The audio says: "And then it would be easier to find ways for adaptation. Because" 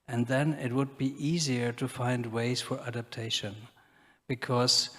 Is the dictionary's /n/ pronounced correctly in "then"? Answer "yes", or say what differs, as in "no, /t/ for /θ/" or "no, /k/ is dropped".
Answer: yes